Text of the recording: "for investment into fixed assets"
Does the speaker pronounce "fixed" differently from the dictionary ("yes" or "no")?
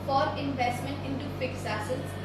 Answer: yes